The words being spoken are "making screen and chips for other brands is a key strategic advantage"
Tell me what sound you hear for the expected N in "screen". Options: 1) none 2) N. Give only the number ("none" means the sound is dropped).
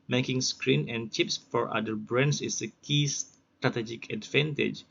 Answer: 2